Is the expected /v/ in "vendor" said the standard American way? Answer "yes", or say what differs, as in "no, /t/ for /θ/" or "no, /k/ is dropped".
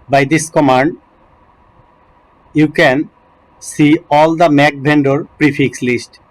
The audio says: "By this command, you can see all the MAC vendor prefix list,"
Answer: no, /b/ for /v/